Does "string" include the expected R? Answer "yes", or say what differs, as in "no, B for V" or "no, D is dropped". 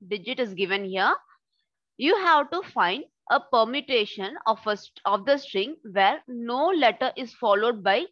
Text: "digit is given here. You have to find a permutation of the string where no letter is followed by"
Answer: yes